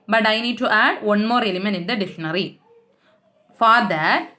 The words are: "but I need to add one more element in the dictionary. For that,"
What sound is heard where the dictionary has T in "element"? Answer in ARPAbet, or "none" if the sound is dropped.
none